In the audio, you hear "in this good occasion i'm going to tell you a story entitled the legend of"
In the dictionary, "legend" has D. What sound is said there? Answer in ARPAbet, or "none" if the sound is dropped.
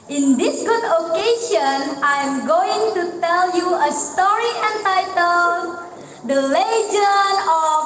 none